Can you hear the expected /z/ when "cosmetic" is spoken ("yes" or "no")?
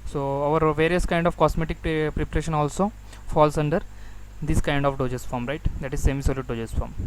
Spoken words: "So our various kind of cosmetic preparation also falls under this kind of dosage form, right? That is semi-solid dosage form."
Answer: no